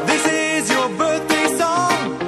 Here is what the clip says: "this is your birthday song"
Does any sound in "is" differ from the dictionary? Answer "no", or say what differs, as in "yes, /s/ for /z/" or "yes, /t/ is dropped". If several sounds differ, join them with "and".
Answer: no